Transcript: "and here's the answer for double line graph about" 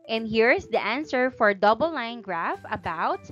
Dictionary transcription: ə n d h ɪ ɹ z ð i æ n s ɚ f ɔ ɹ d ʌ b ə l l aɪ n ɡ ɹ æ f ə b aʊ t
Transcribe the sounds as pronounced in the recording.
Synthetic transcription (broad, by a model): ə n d h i ɹ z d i æ n s ɚ f ɔ ɹ d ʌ b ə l l aɪ n ɡ ɹ æ f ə b aʊ t